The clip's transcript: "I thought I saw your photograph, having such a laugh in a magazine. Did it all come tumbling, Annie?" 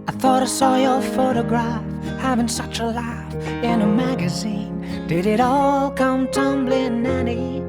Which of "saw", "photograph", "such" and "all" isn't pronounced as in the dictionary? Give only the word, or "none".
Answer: none